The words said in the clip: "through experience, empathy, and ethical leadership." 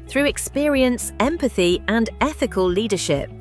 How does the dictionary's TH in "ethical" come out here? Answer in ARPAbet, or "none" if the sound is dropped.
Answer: TH